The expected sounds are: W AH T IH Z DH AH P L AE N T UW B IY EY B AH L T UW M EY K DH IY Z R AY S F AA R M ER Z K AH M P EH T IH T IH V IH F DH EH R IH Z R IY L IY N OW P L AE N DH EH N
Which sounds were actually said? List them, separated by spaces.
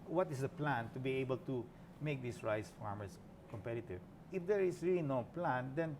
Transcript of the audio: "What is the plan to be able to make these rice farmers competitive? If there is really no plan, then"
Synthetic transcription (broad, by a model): W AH T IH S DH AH P L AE N T UW B IY EY B AH L T UW M EY K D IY S R AY S F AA R M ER S K AH M P EH T IH T IH V IH F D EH R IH S R IY L IY N OW P L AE N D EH N